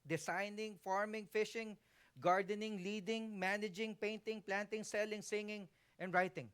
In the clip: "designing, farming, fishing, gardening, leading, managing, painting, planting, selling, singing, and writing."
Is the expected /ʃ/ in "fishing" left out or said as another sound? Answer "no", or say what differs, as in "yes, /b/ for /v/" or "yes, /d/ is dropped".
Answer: no